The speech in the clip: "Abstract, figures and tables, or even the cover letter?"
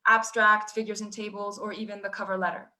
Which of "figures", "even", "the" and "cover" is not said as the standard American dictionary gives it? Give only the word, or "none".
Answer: none